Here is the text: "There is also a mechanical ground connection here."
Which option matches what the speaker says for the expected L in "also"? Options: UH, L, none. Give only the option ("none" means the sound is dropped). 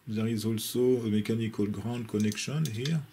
L